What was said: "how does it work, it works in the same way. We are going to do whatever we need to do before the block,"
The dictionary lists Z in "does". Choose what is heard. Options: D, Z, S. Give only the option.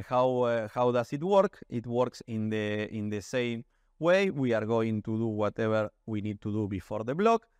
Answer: S